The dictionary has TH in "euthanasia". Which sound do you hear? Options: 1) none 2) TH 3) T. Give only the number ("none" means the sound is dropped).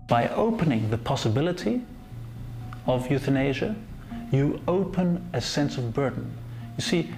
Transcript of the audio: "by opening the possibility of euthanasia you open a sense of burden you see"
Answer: 2